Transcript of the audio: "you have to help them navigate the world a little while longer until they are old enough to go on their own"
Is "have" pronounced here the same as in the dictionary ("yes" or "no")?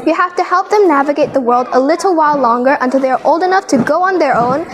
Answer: no